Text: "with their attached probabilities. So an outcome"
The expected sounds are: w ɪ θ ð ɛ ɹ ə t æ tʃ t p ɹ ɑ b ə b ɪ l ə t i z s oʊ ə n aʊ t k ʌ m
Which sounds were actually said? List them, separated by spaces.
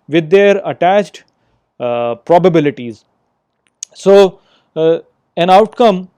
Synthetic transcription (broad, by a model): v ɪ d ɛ ɹ ə t æ tʃ t p ɹ ɑ b ə b ɪ l ə t i z s oʊ ə n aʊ t k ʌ m